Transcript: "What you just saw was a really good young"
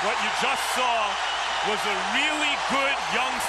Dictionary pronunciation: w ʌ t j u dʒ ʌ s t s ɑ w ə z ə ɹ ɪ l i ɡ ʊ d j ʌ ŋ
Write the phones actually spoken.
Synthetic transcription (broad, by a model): w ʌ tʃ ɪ dʒ ʌ s t s ɑ w ə z ə ɹ ɪ l i ɡ ʊ d j ʌ ŋ